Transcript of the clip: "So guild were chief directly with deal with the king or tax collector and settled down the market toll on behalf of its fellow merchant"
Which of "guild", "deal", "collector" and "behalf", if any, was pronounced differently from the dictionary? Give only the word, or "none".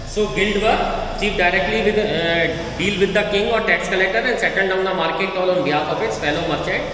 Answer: behalf